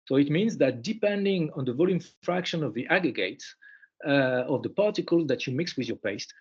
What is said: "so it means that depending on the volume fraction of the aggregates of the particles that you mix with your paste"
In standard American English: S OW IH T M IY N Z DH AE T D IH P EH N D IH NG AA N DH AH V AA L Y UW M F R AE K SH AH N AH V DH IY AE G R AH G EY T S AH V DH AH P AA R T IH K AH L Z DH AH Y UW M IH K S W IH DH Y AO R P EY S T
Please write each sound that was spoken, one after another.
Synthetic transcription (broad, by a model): S OW IH T M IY N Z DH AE T D IH P EH N D IH NG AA N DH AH V AA L Y UW M F R AE K SH AH N AH V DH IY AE G R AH G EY T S AH V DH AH P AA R T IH K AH L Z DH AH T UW M IH K S W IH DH Y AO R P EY S T